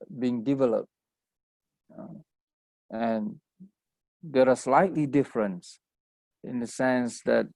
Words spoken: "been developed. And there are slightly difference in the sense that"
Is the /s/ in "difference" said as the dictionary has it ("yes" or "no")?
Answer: yes